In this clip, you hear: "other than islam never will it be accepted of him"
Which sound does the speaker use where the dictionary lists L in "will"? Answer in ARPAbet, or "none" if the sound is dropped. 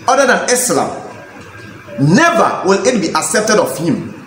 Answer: L